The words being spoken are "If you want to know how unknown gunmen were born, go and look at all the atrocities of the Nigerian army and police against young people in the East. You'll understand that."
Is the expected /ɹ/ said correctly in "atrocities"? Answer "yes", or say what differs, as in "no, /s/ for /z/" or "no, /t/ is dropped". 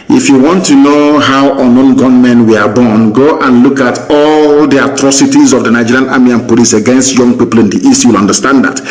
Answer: yes